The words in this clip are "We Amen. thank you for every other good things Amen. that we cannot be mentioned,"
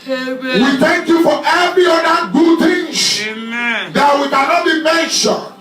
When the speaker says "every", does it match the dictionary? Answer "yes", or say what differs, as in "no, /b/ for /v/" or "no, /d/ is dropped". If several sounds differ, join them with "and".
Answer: no, /ɹ/ is dropped